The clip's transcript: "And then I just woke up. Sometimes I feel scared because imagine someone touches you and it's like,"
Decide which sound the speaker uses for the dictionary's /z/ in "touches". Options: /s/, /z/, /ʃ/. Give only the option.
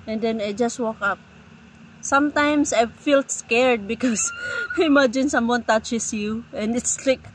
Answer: /s/